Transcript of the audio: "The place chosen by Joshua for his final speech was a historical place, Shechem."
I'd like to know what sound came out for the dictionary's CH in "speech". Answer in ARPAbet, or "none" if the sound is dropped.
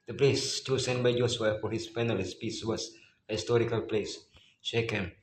S